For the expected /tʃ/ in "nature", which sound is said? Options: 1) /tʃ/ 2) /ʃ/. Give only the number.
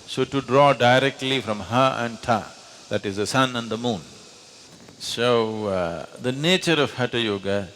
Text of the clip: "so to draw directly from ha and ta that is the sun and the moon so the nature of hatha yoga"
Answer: 1